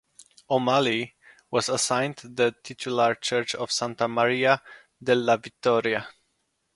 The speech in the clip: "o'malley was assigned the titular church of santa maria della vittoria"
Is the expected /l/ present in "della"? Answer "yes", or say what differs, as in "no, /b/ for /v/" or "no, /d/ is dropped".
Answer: yes